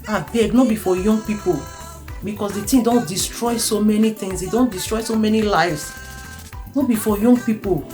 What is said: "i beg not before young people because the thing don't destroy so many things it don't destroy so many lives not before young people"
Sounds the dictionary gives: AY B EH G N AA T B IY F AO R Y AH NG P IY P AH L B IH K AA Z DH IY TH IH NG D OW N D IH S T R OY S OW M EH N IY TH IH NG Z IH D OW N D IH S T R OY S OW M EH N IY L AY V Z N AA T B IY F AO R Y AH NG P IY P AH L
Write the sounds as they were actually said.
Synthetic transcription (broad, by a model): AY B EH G N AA B IY F AO Y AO NG P IY P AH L B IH K AA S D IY T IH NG D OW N D IH S T R OY S OW M EH N IY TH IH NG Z IH D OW N D IH S T R OY S OW M EH N IY L AY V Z N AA B IY F AO Y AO NG P IY P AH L